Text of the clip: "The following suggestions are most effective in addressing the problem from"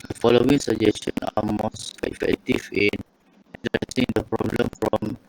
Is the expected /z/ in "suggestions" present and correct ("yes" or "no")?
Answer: no